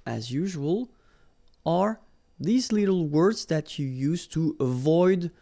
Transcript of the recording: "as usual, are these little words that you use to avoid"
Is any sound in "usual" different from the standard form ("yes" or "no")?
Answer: no